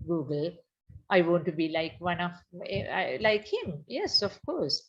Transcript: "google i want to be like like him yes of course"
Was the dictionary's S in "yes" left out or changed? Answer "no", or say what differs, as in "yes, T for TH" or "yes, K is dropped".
no